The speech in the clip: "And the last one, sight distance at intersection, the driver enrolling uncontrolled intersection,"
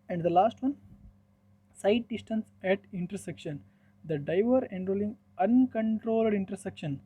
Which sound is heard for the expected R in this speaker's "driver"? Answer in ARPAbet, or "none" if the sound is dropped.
none